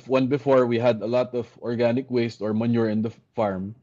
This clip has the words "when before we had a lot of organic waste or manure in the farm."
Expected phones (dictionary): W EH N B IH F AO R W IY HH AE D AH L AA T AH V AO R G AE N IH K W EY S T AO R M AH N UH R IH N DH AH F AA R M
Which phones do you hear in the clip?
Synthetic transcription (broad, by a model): W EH N B IH F AO R W IY HH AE D AH L AA T AH V AO R G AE N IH K W EY S T AO R M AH N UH R IH N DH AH F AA R M